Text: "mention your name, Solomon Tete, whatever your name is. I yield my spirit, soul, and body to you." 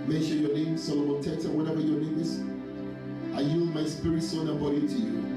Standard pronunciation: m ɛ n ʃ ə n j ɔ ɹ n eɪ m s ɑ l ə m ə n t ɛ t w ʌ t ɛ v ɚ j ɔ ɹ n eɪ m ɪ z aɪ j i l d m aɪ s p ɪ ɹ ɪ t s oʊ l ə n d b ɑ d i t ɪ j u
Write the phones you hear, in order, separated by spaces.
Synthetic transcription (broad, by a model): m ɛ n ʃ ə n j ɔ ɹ n eɪ m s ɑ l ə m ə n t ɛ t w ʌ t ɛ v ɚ j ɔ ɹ n eɪ m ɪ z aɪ j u m aɪ s p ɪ ɹ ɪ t s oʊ n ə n b ɑ d i t ɪ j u